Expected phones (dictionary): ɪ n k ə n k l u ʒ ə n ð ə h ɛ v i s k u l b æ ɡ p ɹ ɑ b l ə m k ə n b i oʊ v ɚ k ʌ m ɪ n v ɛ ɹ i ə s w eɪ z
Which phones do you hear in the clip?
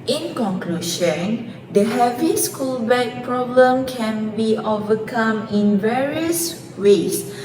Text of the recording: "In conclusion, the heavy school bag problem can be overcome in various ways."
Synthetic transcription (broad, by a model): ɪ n k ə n k l u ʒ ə n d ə h ɛ v i s k u l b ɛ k p ɹ ɑ b l ə m k ə n b i oʊ v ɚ k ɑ m ɪ n v ɛ ɹ i ə s w eɪ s